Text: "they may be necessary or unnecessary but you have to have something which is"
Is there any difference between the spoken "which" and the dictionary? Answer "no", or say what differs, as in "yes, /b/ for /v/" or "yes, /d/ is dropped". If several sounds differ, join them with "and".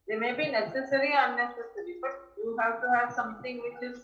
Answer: no